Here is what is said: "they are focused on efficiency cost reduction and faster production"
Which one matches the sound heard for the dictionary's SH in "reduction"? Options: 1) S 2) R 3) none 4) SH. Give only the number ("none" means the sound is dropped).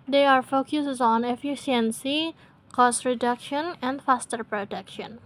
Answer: 4